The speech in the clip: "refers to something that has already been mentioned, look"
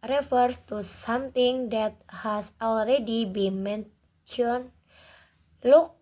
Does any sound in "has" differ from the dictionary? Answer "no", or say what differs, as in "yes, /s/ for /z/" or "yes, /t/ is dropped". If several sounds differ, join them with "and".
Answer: yes, /s/ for /z/